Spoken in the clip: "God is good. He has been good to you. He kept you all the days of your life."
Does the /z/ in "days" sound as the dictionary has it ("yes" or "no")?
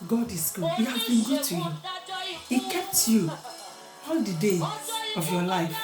no